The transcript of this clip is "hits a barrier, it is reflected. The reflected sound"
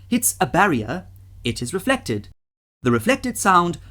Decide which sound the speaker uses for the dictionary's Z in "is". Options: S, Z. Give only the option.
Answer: Z